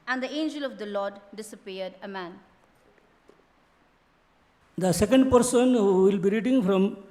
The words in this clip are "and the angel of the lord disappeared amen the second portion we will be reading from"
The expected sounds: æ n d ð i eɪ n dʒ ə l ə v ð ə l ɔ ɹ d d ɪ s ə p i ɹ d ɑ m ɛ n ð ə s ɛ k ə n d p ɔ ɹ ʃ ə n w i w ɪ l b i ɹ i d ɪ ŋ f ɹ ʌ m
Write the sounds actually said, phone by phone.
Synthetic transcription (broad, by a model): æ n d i eɪ n dʒ ə l ə v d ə l ɔ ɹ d d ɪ s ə p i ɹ d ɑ m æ n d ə s ɛ k ə n d p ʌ ɹ s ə n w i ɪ l b i ɹ i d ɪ ŋ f ɹ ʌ m